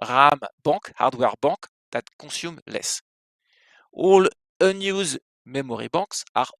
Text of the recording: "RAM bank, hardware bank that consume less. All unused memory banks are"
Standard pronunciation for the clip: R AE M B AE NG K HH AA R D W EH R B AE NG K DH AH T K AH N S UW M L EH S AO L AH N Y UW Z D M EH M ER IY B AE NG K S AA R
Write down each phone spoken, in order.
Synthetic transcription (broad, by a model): R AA M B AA K HH AA R D W EH R B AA K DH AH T K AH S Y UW M L EH S AO L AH N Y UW Z M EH M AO IY B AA K S AA R